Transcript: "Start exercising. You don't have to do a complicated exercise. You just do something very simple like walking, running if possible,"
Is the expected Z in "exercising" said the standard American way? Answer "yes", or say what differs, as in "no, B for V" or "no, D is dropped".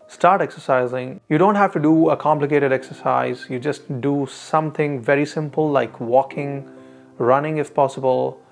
yes